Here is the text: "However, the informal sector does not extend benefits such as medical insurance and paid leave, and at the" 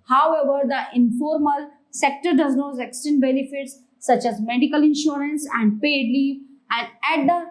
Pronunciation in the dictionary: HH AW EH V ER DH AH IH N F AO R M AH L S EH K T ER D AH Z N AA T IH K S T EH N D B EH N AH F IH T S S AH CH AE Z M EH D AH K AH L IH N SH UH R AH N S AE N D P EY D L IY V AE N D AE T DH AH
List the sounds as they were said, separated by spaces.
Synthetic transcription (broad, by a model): HH AW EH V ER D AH IH N F AO R M AH L S EH K T ER D AH Z N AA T IH K S T EH N D B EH N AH F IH T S S AH CH AE Z M EH D AH K AH L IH N SH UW R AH N S AE N D P EY D L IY AE N D AE T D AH